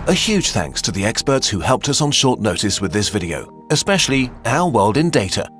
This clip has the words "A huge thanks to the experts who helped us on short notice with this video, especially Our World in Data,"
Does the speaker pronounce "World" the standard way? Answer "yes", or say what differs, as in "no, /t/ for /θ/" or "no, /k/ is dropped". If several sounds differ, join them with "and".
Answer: yes